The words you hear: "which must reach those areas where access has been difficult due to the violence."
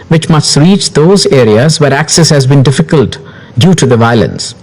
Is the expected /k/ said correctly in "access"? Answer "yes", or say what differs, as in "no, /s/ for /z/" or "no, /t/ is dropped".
yes